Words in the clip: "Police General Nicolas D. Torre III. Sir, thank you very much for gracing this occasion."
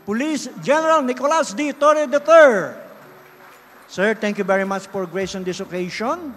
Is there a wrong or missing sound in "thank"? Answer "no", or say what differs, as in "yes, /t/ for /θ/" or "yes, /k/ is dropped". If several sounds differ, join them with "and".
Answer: yes, /t/ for /θ/